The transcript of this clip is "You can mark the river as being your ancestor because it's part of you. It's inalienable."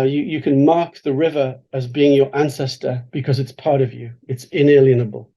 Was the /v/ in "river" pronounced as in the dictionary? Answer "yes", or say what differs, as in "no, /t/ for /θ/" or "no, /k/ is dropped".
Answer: yes